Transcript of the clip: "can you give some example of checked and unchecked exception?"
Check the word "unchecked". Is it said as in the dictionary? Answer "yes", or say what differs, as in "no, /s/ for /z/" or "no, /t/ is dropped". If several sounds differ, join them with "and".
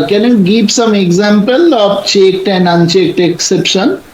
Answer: yes